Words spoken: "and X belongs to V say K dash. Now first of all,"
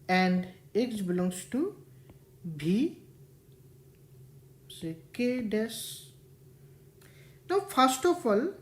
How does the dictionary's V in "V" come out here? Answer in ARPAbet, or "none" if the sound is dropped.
B